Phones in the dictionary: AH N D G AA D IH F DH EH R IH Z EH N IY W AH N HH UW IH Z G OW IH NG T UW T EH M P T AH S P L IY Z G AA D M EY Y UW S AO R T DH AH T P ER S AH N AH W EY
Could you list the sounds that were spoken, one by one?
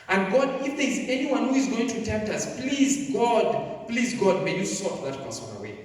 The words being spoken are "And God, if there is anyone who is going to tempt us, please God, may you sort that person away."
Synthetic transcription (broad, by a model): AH N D G AA D IH F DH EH R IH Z EH N IY W AH N HH UW IH Z G OW IH NG T UW T EH M P T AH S P L IY Z G AA D M EY Y UW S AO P DH AH T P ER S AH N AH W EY